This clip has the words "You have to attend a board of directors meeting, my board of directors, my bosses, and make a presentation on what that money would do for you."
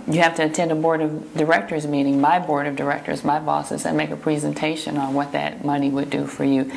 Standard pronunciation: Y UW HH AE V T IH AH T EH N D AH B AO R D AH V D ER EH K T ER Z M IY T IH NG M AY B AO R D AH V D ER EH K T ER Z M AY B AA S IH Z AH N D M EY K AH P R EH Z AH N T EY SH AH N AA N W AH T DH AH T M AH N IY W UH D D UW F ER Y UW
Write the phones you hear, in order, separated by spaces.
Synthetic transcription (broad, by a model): Y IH HH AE F T IH T EH N D AH B AO R D AH V D ER EH K T ER Z M IY T IH NG M AY B AO R D AH V D ER EH K T ER Z M AY B AA S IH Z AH N M EY K AH P R EH Z AH N T EY SH AH N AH N W AH T DH AH T M AH N IY W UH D D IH F ER Y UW